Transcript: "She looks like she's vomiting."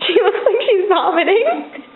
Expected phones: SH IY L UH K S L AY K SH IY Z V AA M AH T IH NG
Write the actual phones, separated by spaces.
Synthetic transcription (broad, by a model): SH IY W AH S L AY K SH IY Z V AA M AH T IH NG